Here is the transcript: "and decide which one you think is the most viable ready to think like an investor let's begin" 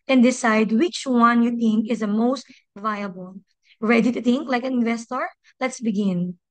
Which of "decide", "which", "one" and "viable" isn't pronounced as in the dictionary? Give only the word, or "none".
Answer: none